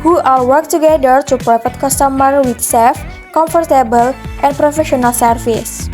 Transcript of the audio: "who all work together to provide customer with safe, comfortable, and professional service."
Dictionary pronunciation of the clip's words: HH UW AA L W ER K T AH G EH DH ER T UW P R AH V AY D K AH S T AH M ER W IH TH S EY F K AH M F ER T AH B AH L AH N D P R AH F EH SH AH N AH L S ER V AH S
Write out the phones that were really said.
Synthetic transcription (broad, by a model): HH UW AA L W ER K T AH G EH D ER T UW P R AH F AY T K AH S T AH M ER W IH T S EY F K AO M F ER T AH B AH L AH N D P R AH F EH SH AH N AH L S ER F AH S